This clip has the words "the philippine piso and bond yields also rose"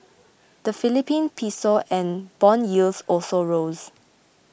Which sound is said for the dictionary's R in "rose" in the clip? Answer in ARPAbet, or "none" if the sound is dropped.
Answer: R